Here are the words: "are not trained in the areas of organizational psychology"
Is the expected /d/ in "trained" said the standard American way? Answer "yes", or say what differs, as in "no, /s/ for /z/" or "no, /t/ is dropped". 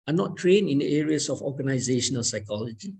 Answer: no, /d/ is dropped